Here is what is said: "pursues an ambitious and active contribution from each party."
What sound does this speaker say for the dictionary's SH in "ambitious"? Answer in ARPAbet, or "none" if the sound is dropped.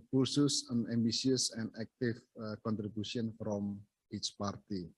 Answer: S